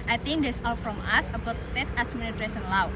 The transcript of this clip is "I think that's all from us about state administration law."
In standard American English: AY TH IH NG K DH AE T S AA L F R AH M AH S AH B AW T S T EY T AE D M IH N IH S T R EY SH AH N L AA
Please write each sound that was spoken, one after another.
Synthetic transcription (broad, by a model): AY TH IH NG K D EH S AA L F R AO M AH S AH B AW T S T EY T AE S M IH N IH T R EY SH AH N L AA